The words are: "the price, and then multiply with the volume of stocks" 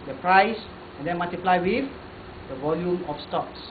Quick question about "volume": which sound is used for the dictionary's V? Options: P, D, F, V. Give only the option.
V